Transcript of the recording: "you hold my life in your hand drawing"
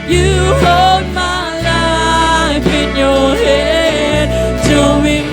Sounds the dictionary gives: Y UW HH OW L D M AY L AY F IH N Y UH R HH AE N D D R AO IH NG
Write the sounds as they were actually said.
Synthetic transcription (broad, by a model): Y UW HH OW L D M AY L AY F IH N Y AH R HH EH D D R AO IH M